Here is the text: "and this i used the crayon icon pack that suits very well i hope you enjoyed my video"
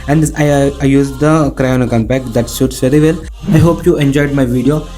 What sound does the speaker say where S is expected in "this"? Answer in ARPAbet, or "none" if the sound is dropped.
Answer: none